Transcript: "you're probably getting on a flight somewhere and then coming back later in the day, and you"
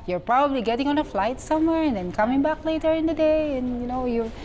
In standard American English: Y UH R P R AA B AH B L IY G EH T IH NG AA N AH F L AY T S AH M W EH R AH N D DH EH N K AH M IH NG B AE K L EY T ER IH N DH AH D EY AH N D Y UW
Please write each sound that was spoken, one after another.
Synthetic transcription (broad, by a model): Y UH R P R AA B AH B L IY G EH T IH NG AA N AH F L AY T S AH M W EH R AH N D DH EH N K AH M IH NG B AE K L EY T ER IH N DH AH D EY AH N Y Y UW